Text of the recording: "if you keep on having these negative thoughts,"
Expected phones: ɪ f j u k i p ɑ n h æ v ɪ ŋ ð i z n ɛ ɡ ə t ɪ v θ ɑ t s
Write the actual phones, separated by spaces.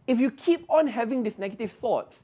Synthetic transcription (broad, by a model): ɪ f j u k i p ɑ n h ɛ v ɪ ŋ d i s n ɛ ɡ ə t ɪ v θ ɑ t s